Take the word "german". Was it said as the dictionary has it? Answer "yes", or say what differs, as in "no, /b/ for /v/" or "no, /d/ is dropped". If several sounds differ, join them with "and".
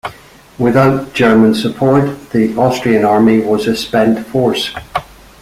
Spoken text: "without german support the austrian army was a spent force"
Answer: yes